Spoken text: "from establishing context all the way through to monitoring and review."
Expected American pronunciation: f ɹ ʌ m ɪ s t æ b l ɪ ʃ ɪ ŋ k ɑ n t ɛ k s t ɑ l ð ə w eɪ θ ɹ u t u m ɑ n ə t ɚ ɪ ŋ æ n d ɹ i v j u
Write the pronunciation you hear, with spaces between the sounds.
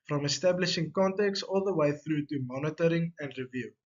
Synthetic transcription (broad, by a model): f ɹ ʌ m ɪ s t æ b l ɪ ʃ ɪ ŋ k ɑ n t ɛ k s ɑ l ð ə w eɪ θ ɹ u t u m ɑ n ə t ɚ ɪ ŋ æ n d ɹ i v j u